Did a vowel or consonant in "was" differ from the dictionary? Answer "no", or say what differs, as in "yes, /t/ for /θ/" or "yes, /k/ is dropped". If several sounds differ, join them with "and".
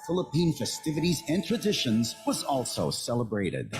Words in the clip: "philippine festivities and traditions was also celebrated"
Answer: no